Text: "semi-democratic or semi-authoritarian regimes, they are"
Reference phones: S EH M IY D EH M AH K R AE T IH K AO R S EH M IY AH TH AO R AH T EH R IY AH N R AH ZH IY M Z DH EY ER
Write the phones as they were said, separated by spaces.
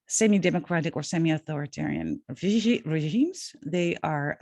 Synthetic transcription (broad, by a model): S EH M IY D EH M AH K R AE T IH K AO R S EH M IY AH TH AO R AH T EH R IY AH N R AH ZH IY M Z DH EY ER